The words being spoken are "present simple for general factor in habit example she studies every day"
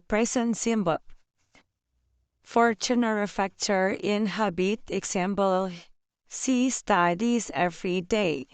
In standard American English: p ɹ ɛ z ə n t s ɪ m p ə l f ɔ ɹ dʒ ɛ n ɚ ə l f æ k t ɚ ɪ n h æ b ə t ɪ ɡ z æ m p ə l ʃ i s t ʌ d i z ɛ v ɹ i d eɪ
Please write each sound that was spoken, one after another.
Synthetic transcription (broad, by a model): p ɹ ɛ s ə n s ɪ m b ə f ɔ ɹ tʃ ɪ n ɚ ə f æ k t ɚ ɪ n h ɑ b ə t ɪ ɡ s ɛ m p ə l s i s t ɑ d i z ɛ f ɹ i d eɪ